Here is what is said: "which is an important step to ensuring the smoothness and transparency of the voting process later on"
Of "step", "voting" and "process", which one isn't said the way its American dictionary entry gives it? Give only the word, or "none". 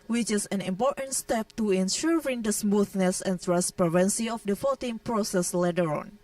voting